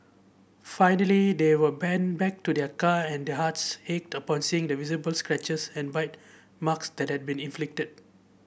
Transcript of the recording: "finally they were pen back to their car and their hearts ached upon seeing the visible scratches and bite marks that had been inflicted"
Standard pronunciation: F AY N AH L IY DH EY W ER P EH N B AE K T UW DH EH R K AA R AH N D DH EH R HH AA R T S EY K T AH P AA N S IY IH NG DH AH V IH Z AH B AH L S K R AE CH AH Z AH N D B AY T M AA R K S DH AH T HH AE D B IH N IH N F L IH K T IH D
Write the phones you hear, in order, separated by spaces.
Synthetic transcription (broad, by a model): F AY N AH L IY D EY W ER B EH N B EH K T UW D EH K AA AH N D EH HH AA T S EY K T AH P AA N S IY IH NG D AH V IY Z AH B AH L S K R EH CH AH S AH N B AY T M AA K S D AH T HH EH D B IH N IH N F L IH K T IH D